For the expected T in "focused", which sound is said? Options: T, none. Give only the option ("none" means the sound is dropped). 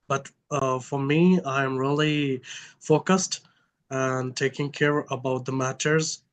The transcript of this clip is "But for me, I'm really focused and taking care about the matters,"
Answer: T